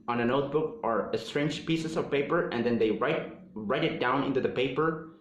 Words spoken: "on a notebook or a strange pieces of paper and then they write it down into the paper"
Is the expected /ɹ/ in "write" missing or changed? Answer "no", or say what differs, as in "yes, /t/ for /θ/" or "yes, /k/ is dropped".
no